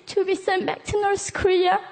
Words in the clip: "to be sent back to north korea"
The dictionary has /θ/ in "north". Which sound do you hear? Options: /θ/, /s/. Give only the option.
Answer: /s/